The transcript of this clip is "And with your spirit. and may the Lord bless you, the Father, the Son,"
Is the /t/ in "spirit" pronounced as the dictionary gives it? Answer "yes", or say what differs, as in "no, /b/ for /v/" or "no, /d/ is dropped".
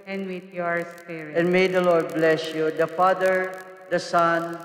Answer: no, /t/ is dropped